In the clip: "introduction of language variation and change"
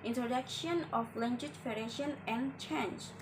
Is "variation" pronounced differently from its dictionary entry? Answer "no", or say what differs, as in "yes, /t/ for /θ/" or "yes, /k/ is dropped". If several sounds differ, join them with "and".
yes, /f/ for /v/